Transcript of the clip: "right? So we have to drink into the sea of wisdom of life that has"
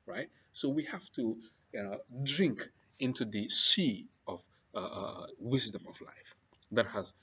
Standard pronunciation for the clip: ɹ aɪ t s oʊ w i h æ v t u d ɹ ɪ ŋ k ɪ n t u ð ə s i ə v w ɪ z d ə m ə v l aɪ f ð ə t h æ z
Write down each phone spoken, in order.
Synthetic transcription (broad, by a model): ɹ aɪ t s oʊ w i h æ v t u d ɹ ɪ ŋ k ɪ n t u ð ə s i ə v w ɪ z d ə m ə v l aɪ f ð ə t h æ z